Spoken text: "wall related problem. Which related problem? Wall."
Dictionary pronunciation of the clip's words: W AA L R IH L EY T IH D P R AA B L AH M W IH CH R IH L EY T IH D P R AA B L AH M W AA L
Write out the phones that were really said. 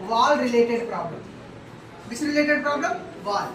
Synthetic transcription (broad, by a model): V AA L R IH L EY T IH D P R AA B L AH M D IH S R IH L EY T IH D P R AA B L AH M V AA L